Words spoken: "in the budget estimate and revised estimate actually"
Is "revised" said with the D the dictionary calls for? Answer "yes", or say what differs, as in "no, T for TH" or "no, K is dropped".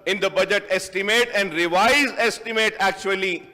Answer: no, D is dropped